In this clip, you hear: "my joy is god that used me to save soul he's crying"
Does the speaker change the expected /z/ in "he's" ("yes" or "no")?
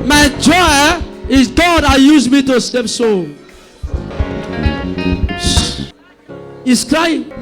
yes